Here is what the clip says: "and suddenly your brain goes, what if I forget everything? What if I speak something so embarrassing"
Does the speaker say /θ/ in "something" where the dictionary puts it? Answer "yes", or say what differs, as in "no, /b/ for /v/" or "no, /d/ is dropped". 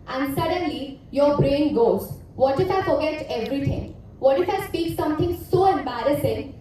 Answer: no, /t/ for /θ/